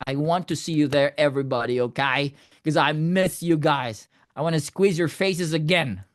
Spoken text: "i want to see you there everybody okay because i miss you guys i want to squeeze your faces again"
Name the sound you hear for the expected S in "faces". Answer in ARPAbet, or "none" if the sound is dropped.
S